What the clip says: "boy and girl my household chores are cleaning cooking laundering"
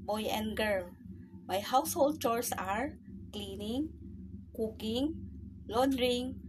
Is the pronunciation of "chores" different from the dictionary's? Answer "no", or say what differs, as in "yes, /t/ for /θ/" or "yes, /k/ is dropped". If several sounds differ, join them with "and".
yes, /s/ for /z/